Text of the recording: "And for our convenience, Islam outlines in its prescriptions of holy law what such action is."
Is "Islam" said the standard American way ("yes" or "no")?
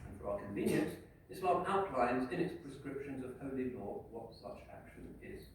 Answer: no